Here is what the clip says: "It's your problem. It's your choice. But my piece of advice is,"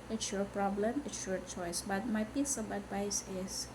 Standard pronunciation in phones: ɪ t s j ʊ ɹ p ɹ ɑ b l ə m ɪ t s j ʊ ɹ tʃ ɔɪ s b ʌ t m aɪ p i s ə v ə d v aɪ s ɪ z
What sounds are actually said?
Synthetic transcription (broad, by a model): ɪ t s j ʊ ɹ p ɹ ɑ b l ə m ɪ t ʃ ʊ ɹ tʃ ɔɪ s b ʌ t m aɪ b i s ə b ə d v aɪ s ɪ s